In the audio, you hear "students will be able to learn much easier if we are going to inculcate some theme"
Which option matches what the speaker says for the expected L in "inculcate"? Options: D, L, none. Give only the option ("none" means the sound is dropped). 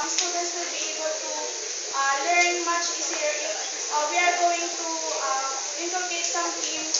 none